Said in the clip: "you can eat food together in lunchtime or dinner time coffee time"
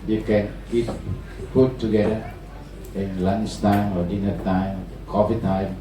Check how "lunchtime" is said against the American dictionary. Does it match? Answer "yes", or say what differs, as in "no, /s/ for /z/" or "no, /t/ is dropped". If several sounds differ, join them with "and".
no, /s/ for /tʃ/